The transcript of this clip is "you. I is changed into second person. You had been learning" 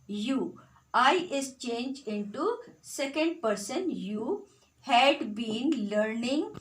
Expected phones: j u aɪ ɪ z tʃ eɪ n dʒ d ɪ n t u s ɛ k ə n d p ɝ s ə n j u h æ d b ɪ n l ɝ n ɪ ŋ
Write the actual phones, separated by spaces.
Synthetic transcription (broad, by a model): j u aɪ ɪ s tʃ eɪ n dʒ ɪ n t u s ɛ k ə n d p ɝ s ə n j u h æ d b ɪ n l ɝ n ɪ ŋ